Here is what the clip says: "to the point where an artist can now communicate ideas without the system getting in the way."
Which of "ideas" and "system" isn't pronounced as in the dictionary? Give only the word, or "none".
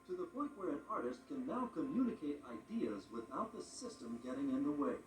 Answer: none